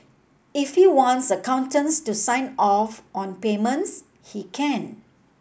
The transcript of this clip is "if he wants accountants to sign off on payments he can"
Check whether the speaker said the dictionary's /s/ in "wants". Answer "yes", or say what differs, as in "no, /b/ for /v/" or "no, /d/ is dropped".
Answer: yes